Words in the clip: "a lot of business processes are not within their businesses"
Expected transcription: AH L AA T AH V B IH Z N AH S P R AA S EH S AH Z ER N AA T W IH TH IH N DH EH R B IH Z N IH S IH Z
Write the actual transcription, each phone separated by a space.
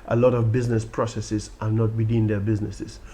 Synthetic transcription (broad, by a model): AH L AA T AH V B IH Z N AH S P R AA S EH S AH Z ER N AA T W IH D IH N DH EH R B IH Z N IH S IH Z